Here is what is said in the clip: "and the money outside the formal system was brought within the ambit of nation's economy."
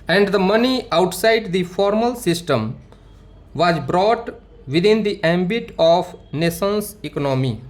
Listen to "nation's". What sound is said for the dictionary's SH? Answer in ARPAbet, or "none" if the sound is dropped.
S